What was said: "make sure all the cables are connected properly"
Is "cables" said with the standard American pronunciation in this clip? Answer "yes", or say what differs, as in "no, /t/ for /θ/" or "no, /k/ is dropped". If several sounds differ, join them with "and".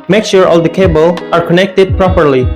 no, /z/ is dropped